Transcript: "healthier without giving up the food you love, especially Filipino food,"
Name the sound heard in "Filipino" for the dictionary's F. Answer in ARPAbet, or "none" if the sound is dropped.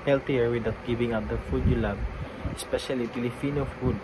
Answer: P